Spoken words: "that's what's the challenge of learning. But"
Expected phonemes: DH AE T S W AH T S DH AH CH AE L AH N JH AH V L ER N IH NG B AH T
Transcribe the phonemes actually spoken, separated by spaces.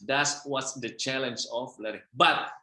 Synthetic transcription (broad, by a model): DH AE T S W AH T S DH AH CH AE L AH N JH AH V L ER IH B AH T